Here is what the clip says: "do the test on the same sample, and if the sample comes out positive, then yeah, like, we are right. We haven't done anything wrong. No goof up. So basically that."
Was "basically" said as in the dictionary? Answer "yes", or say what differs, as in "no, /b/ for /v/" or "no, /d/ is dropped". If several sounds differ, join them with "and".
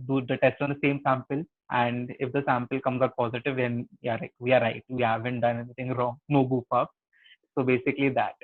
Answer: yes